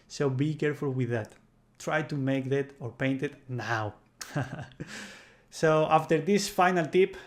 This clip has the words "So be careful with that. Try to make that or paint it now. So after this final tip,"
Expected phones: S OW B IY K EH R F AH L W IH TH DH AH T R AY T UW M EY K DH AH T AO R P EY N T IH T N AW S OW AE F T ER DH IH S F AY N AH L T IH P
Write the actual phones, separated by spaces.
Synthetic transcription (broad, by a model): S OW B IY K EH R F AH L W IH DH AH T R AY T UW M EY K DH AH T AO R P EY N T IH T N AW S OW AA F T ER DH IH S F AY N AH L T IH P